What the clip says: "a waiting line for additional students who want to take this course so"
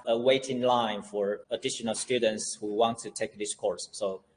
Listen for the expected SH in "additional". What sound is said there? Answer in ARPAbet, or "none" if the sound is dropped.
SH